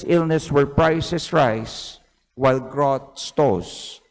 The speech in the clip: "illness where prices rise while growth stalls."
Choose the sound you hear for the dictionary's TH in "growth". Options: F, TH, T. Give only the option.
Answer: T